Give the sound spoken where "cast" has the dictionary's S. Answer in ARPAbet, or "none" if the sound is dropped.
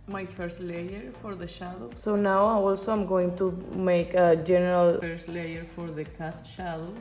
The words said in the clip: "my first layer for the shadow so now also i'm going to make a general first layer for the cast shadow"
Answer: none